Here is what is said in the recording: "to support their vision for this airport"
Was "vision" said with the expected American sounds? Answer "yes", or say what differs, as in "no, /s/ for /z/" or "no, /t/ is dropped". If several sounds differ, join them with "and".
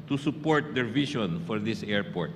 no, /ʃ/ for /ʒ/